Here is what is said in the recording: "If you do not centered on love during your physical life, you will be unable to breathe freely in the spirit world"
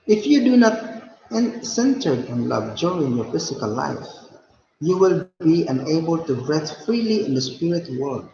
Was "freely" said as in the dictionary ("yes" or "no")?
yes